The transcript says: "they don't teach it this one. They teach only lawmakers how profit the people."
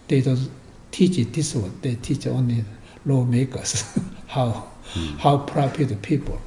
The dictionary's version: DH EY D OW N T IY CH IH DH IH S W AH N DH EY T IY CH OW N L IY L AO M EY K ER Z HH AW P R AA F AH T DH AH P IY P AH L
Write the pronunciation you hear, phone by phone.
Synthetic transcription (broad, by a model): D EY D OW N T IY CH IH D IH S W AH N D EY T IY CH OW N L IY L AO M EY K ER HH HH AW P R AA P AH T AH P IY P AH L